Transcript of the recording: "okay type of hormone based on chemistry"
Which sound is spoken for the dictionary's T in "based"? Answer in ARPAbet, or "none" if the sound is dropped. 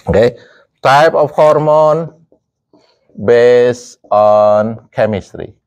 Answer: none